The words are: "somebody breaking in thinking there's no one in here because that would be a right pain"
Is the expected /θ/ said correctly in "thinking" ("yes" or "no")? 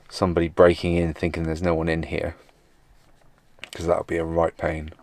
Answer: yes